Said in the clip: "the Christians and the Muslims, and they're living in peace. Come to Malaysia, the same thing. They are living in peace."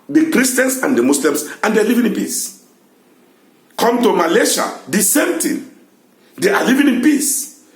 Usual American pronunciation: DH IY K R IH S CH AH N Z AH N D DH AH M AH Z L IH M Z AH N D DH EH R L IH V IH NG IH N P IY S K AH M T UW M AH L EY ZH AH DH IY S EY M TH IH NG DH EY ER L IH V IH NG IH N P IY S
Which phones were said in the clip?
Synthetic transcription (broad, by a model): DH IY K R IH S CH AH N S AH N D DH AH M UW S L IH M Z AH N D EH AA L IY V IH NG IH N P IY S K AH M T UW M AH L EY SH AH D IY S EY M T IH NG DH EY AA L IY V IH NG IH N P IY S